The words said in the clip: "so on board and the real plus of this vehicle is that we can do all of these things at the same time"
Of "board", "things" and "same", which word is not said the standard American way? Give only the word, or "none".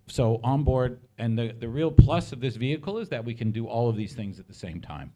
none